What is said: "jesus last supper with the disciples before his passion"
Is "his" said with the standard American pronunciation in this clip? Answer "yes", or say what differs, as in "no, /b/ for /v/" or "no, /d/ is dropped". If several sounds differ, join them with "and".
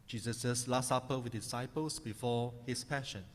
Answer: no, /s/ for /z/